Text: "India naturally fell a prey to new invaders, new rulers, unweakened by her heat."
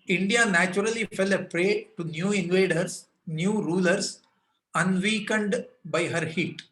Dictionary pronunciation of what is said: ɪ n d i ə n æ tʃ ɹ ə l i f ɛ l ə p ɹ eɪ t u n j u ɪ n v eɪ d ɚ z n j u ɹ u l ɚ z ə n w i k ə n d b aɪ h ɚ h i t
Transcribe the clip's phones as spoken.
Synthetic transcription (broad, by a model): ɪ n d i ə n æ tʃ ɹ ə l i f ɛ l ə p ɹ eɪ t u n j u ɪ n v eɪ d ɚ s n j u ɹ u l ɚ s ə n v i k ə n d b aɪ h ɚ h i t